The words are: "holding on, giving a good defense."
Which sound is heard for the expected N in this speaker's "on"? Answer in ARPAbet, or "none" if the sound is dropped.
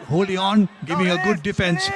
N